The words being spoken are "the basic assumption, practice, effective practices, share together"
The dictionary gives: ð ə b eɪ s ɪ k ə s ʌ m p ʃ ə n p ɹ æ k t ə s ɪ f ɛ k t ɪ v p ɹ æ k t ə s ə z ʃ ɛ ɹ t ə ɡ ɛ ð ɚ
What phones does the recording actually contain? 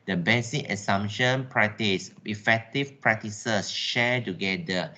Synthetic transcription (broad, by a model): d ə b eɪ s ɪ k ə s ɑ m ʃ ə n p ɹ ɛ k t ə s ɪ f ɛ k t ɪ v p ɹ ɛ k t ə s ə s ʃ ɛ t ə ɡ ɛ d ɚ